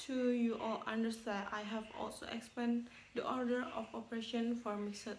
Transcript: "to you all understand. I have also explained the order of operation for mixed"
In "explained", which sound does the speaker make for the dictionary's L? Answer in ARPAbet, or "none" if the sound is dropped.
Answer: none